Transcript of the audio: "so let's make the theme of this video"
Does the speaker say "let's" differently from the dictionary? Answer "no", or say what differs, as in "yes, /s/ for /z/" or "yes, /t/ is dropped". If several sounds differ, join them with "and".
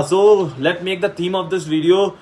yes, /s/ is dropped